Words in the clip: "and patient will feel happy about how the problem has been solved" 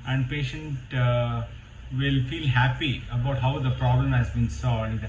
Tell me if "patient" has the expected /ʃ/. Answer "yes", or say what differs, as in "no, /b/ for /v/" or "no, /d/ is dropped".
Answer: yes